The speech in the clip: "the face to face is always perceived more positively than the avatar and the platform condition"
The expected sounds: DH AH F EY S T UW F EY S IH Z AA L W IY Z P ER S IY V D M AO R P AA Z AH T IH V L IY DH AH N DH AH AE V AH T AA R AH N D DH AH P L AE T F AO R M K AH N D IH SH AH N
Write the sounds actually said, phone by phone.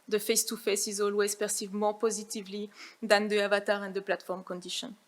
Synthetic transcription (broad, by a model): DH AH F EY S T UW F EY S IH Z AA L W IY Z P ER S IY V M AO R P AA Z AH T IH V L IY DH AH N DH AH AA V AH T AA R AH N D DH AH P L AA T F AO R M K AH N D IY SH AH N